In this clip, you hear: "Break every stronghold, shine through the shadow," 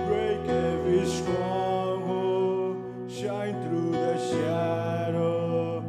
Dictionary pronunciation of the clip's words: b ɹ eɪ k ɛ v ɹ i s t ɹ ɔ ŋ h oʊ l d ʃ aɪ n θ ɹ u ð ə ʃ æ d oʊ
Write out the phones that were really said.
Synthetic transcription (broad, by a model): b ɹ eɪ k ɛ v i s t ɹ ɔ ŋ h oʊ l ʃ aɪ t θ ɹ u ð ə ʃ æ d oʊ